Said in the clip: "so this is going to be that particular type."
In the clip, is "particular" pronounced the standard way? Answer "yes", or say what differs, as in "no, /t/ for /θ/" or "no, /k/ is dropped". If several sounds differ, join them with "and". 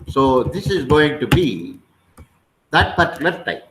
no, /s/ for /t/